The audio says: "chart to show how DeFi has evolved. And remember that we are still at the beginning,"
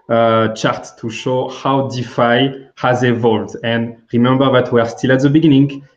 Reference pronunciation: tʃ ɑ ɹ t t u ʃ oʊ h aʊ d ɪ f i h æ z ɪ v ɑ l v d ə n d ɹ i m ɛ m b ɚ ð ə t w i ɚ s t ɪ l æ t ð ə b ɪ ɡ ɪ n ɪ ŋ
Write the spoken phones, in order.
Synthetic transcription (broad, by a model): tʃ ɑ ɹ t t u ʃ oʊ h aʊ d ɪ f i h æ z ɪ v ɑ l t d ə n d ɹ i m ɛ m b ɚ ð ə t w ɚ s t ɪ l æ t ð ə b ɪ ɡ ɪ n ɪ ŋ